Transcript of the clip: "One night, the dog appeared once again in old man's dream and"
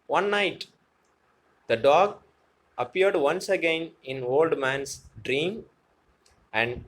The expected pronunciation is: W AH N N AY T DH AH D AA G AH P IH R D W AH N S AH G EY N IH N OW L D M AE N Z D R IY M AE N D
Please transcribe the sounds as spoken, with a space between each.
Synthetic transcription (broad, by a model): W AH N N AY T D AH D AA G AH P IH R D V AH N S AH G EY N IH N OW L D M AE N S D R IY M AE N D